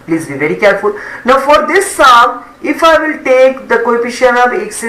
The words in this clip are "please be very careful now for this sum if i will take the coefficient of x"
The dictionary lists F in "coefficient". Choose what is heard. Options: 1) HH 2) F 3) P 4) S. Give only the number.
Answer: 3